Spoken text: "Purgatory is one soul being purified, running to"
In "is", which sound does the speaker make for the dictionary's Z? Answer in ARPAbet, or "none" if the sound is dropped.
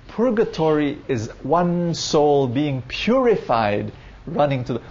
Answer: Z